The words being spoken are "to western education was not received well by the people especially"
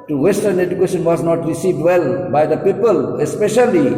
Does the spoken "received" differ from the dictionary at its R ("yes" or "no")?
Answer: no